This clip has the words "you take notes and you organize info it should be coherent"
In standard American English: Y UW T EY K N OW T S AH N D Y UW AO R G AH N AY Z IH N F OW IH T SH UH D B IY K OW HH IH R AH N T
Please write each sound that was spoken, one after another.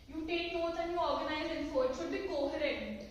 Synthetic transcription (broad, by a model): Y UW T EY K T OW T AH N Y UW AO R G AH N AY Z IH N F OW IH T SH UH D B IY K OW HH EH R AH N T